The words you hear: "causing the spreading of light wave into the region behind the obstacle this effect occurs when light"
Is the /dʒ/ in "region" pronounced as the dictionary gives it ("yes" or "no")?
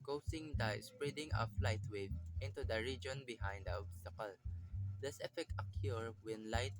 yes